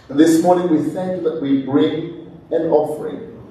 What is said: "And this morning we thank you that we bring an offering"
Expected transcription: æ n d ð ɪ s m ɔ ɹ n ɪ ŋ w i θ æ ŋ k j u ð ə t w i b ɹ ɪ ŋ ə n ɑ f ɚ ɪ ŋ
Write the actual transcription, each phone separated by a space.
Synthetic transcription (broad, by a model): ð ɪ s m ɔ ɹ n ɪ ŋ w i s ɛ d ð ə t w i b ɹ ɪ ŋ ə n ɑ f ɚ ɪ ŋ